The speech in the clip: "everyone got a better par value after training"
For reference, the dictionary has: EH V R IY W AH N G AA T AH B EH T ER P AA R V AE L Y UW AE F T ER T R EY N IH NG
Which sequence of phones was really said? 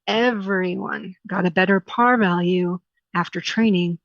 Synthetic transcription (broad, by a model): EH V R IY W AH N G AA T AH B EH T ER P AA R V AE L Y UW AE F T ER T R EY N IH NG